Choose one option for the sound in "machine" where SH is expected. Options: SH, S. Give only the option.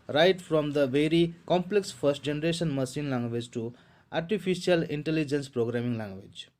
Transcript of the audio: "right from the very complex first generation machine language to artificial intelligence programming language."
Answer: S